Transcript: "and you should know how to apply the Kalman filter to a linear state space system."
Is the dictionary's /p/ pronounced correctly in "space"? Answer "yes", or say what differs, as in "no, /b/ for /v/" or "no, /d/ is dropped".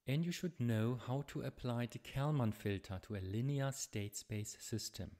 no, /b/ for /p/